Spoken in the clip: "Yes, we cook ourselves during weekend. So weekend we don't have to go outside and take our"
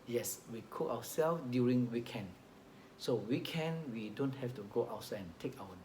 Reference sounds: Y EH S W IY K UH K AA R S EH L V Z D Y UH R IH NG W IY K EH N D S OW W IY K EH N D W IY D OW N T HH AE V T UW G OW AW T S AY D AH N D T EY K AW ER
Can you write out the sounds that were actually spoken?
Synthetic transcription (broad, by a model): Y EH S W IY K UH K AA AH S EH L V D Y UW R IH NG W IY K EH N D S OW W IY K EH N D W IY D OW N T HH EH F T UW G OW AW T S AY AH N T EY K AW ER